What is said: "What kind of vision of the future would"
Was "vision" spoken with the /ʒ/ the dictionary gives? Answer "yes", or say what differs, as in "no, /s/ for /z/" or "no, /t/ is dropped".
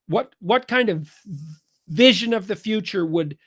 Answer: yes